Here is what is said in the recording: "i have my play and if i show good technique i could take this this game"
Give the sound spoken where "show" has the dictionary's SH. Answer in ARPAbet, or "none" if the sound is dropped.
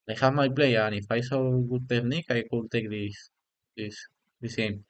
S